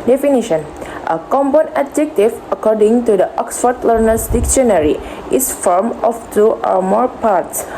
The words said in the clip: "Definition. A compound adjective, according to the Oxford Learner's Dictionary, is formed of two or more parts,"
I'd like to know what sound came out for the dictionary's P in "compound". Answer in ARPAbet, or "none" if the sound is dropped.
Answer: B